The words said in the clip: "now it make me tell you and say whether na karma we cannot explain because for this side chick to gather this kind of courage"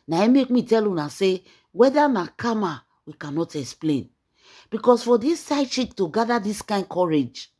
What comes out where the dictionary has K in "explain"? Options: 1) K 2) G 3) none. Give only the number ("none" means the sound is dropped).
1